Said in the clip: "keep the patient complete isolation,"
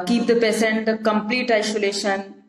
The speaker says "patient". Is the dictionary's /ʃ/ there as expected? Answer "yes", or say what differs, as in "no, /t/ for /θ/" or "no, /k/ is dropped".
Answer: no, /s/ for /ʃ/